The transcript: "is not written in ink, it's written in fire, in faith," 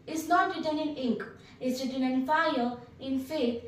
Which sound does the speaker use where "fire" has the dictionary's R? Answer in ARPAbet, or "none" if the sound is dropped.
L